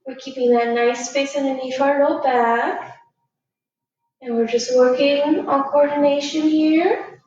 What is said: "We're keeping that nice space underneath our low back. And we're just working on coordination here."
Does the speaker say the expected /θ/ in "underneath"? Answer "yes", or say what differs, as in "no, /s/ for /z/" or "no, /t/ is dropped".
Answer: no, /f/ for /θ/